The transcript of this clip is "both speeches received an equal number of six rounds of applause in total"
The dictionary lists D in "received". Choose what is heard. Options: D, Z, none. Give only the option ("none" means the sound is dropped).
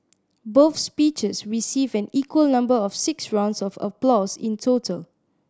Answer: none